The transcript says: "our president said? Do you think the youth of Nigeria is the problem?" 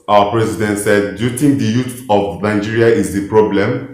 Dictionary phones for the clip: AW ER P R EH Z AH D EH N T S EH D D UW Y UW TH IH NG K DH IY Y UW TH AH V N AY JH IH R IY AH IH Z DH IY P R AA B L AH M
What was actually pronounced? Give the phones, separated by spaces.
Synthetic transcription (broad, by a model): AW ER P R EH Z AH D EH N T S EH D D Y UW T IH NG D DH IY Y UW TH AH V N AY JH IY R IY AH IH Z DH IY P R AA B L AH M